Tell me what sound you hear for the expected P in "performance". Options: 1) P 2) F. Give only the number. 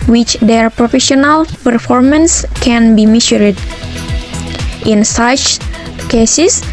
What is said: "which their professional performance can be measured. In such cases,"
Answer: 1